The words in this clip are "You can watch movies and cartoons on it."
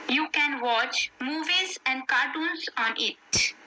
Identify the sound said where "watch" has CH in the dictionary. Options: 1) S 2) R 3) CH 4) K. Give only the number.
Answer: 3